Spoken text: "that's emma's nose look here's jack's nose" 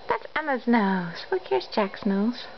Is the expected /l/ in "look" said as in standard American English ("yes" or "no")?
no